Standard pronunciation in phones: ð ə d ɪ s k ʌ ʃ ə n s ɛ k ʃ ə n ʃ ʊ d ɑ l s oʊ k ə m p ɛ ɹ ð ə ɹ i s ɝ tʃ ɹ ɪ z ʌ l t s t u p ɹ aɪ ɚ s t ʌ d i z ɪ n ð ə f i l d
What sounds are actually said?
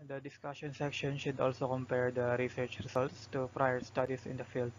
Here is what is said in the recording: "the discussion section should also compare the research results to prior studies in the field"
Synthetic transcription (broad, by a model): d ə d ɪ s k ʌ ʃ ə n s ɛ k ʃ ə n ʃ ʊ d ɑ l s oʊ k ə m p ɛ ɹ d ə ɹ i s ɝ tʃ ɹ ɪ s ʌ l t s t u p ɹ aɪ ɚ s t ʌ d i s ɪ n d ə f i l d